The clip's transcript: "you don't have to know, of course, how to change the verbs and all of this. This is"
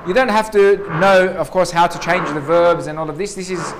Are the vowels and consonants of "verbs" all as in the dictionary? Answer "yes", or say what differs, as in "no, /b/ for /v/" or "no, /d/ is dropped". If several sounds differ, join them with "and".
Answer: yes